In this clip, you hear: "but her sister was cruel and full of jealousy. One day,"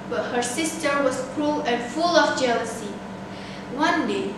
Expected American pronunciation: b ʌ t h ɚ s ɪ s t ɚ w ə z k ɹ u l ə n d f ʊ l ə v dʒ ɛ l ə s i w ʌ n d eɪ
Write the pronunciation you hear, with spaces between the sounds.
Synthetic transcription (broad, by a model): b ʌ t h ɚ s ɪ s t ɚ w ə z k ɹ u l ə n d f ʊ l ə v dʒ ɛ l ə s i w ʌ n d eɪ